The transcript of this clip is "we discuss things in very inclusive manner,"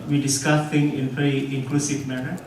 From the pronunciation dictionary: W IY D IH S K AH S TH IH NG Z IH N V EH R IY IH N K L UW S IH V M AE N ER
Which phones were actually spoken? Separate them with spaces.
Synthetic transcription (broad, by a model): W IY D IH S K AH S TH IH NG IH N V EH R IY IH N K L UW S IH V M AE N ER